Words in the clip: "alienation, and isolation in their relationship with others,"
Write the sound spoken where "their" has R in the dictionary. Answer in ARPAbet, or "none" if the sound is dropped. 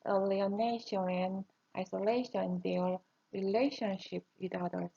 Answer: L